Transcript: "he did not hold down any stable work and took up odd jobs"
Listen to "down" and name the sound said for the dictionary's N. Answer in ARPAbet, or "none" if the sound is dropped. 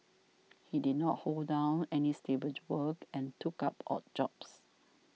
N